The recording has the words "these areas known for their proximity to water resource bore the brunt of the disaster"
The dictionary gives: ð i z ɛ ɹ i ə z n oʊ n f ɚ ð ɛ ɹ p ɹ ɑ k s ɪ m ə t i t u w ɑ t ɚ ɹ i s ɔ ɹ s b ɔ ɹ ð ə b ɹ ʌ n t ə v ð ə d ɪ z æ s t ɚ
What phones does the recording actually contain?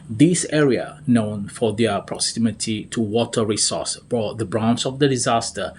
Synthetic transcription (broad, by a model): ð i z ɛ ɹ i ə n oʊ n f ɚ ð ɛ p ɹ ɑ k s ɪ m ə t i t u w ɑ t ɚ ɹ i s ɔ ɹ s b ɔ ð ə b ɹ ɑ n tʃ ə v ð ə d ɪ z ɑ s t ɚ